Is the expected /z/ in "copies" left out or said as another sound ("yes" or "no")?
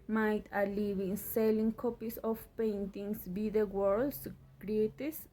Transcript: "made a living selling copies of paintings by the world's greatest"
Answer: yes